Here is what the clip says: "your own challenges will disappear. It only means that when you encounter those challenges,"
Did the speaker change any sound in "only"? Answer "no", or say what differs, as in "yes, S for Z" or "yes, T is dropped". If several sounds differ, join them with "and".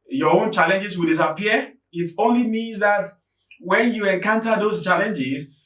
no